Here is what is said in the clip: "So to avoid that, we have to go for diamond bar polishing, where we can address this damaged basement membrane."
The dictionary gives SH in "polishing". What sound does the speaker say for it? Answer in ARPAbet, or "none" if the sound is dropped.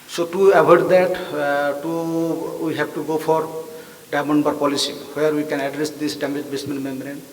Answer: S